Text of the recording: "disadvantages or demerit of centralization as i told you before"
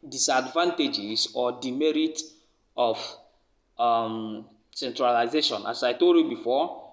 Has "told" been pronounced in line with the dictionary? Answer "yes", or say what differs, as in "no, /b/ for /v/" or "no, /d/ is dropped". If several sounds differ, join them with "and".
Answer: no, /l/ is dropped